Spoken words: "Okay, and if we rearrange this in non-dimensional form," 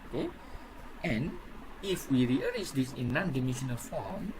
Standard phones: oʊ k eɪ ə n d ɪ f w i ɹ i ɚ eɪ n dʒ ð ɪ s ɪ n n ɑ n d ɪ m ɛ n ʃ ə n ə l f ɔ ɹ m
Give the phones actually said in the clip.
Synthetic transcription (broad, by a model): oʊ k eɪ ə n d ɪ f w i ɹ i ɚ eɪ dʒ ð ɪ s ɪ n n ɑ n d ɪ m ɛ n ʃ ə n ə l f ɔ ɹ m